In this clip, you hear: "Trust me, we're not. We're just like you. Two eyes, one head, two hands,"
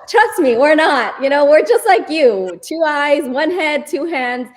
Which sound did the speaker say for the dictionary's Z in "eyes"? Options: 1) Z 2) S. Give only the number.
1